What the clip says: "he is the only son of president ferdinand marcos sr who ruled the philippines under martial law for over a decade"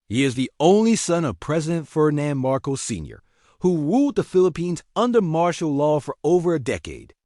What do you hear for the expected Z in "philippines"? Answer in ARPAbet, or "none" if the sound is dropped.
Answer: Z